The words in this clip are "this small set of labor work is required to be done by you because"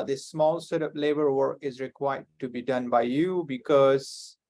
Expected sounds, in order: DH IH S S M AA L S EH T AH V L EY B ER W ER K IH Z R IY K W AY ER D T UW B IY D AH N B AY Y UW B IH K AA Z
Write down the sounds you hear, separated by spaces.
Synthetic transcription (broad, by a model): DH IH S S M AA L S EH T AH P L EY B ER W ER K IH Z R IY K W AY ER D T UW B IY D AH N B AY Y UW B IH K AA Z